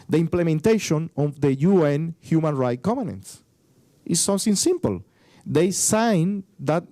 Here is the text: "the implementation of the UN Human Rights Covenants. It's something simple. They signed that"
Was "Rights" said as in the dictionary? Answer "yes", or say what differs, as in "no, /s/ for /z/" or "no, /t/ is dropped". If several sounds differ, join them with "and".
no, /s/ is dropped